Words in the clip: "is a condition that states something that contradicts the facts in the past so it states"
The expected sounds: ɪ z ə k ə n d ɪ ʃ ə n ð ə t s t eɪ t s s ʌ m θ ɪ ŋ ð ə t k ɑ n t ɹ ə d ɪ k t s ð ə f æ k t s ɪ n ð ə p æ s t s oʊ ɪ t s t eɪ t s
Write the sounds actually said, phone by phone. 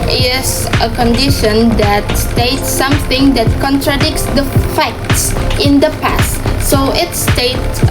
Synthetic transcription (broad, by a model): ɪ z ə k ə n d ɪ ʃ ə n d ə t s t eɪ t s s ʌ m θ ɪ ŋ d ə t k ɑ n t ɹ ə d ɪ k t s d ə f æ k t s ɪ n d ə p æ s t s oʊ ɪ t s t eɪ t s